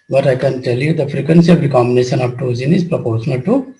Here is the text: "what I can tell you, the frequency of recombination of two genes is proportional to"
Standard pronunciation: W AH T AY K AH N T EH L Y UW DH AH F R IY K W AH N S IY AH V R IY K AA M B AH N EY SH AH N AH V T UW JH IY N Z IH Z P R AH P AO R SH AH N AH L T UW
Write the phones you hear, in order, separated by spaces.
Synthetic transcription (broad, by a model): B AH T AY K AH N T EH L Y UW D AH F R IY K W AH N S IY AH V R IY K AA M B AH N EY SH AH N AH V T UW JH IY N IH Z P R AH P AO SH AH N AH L T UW